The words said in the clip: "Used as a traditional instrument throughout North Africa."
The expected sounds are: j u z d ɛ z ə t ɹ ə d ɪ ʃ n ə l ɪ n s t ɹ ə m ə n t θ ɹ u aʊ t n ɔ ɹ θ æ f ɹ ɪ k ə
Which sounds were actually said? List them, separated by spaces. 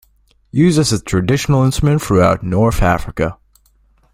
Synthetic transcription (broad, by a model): j u z ʌ s ə t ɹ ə d ɪ ʃ n l ɪ n s t ɹ ə m ə n t θ ɹ u aʊ t n ɔ ɹ θ æ f ɹ ɪ k ə